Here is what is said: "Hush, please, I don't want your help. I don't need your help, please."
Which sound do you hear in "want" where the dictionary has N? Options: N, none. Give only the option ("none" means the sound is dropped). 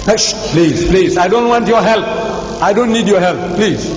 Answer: N